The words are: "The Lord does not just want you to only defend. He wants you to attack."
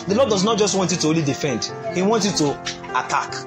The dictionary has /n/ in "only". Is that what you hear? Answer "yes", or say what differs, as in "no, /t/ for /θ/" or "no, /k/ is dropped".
no, /n/ is dropped